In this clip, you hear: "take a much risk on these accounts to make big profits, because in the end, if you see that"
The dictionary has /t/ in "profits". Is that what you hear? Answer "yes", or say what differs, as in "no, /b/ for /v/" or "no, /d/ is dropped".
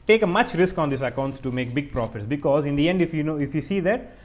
yes